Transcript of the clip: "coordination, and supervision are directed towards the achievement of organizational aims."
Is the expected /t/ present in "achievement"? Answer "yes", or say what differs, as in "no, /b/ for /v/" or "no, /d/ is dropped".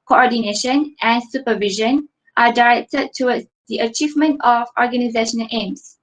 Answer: yes